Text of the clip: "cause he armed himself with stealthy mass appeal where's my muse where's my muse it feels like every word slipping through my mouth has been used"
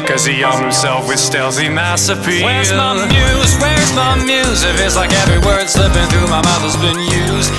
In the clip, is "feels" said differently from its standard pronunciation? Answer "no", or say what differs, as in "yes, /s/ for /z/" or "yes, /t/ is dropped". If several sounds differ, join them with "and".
yes, /l/ is dropped